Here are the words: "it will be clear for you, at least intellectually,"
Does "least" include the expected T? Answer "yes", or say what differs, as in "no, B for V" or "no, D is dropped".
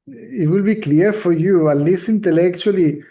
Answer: no, T is dropped